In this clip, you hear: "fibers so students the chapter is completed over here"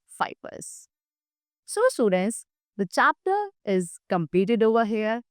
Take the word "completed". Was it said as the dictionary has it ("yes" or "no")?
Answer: no